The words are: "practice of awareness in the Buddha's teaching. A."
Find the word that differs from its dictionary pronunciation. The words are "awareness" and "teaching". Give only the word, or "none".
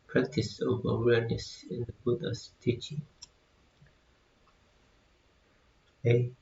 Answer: none